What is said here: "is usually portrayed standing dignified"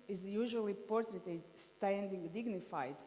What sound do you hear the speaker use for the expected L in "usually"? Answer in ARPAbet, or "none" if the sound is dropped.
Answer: L